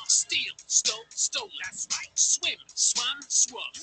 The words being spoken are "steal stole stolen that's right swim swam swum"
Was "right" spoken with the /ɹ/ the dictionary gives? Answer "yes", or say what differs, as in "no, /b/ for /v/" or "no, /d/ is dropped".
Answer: no, /l/ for /ɹ/